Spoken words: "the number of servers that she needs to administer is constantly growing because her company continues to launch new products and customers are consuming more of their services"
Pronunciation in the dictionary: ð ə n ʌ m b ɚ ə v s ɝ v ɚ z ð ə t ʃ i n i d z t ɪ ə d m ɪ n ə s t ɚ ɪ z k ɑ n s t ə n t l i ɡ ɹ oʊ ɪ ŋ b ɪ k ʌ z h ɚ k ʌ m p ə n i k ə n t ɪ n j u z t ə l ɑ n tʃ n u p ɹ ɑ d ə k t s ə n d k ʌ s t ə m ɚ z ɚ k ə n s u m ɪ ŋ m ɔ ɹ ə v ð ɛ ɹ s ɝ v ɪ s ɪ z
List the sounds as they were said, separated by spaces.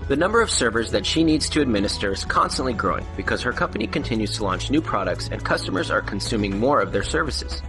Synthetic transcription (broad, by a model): ð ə n ʌ m b ɚ ə v s ɝ v ɚ z ð ə t ʃ i n i d z t ɪ ə d m ɪ n ə s t ɚ ɪ z k ɑ n s t ə n t l i ɡ ɹ oʊ ɪ ŋ b ɪ k ʌ z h ɚ k ʌ m p ə n i k ə n t ɪ n j u z t ə l ɑ n tʃ n u p ɹ ɑ d ə k t s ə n k ʌ s t ə m ɚ z ɚ k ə n s u m ɪ ŋ m ɔ ɹ ə v ð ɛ ɹ s ɝ v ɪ s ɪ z